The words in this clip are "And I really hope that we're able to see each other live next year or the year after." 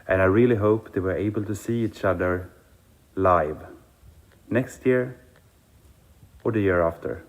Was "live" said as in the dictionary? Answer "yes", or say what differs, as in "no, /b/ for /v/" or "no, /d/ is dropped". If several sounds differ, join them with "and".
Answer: yes